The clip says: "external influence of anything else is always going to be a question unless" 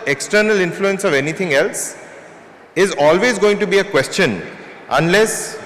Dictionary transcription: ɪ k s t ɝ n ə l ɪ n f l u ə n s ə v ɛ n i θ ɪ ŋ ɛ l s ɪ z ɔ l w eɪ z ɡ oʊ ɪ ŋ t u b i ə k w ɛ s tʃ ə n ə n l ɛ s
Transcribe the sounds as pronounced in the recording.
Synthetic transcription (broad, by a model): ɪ k s t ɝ n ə l ɪ n f l u ə n s ə v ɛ n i t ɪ ŋ ɛ l s ɪ z ɔ l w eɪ z ɡ oʊ ɪ ŋ t u b i ə k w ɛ s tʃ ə n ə n l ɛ s